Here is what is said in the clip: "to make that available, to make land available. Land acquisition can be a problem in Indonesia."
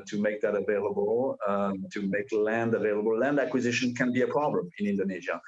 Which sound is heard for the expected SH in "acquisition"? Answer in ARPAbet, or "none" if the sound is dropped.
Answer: SH